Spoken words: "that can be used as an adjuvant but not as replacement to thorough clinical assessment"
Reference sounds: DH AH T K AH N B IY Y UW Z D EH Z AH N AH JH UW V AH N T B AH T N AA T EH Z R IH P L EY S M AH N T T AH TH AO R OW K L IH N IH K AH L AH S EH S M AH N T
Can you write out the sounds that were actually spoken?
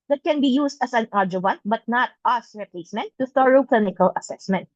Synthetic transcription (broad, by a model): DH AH T K AH N B IY Y UW S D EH S AH N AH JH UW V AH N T B AH T N AA T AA S R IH P L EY S M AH N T T AH TH AO R OW K L IH N IH K AH L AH S EH S M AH N T